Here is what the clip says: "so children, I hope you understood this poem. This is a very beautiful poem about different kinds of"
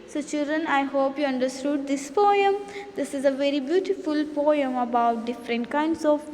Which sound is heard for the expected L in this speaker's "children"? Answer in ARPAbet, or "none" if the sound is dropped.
L